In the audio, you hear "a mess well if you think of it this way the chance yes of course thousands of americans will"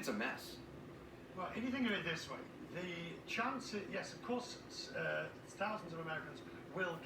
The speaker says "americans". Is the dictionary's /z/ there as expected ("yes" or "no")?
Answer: yes